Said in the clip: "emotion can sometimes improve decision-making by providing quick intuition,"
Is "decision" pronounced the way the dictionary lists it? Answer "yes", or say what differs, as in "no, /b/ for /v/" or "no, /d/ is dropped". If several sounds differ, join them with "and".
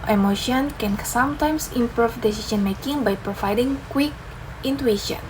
no, /s/ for /ʒ/